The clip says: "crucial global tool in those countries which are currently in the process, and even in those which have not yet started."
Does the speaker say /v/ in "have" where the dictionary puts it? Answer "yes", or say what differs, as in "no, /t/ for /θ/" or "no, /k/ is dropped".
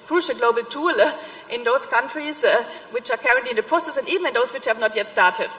yes